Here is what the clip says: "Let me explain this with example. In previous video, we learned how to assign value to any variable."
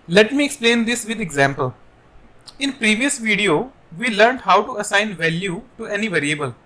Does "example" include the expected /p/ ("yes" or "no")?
yes